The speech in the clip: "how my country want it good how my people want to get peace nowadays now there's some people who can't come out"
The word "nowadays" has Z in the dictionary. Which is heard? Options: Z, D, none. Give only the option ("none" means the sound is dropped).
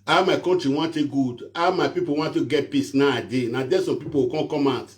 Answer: none